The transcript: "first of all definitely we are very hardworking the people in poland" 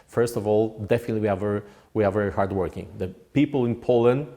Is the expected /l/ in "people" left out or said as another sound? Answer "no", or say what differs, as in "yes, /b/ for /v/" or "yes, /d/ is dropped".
no